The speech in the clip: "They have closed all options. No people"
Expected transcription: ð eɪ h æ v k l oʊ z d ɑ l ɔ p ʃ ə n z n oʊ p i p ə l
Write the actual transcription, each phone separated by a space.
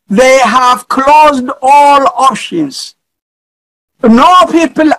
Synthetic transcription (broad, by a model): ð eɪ h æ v k l oʊ z d ɑ l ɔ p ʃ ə n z n oʊ p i p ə l